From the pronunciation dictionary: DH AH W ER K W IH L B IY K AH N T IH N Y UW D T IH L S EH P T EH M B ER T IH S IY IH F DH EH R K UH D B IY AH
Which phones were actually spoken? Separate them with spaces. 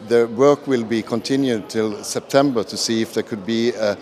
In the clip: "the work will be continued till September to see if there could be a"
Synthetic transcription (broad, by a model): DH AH W ER K W IH L B IY K AH N T IH N Y UW D T IH L S EH P T EH M B ER T IH S IY IH F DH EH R K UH D B IY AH